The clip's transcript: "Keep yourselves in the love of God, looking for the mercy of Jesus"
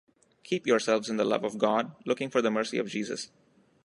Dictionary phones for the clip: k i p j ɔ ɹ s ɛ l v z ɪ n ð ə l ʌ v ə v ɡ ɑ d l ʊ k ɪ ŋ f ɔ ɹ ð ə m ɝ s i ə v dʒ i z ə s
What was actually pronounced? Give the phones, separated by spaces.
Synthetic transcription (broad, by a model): k i p j ɔ ɹ s ɛ l v z ɪ n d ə l ʌ v ə v ɡ ɑ d l ʊ k ɪ ŋ f ɔ ɹ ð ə m ɝ s i ə v dʒ i z ə s